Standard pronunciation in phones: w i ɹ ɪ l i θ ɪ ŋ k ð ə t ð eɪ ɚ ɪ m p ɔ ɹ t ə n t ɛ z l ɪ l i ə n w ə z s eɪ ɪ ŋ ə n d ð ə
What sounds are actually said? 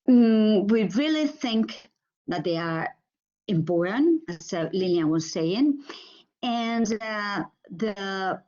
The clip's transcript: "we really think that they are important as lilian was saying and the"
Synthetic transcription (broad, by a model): w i ɹ ɪ l i θ ɪ ŋ k ð ə t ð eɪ ɚ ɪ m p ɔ ɹ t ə n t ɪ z l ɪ n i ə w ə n s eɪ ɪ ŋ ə n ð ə